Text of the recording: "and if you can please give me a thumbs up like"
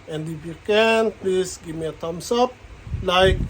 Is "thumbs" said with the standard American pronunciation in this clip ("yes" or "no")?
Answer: no